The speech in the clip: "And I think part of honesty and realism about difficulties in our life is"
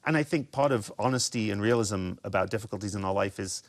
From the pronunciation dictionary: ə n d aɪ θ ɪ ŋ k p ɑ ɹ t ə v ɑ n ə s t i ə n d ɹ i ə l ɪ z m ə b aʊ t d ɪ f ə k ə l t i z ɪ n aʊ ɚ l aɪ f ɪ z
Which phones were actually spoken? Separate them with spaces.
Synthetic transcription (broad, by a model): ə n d aɪ θ ɪ ŋ k p ɑ ɹ t ə v ɑ n ə s t i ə n ɹ i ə l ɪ z m ə b aʊ t d ɪ f ə k ə l t i z ɪ n aʊ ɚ l aɪ f ɪ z